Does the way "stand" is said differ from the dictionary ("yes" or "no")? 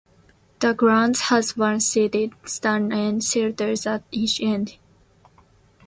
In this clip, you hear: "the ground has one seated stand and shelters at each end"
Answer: yes